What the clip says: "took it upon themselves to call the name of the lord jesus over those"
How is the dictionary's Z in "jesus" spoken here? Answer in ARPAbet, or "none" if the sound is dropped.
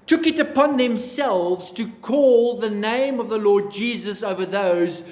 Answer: Z